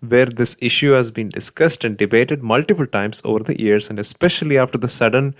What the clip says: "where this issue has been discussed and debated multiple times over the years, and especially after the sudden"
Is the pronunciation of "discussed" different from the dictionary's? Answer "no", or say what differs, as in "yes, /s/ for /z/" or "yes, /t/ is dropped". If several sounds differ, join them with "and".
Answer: no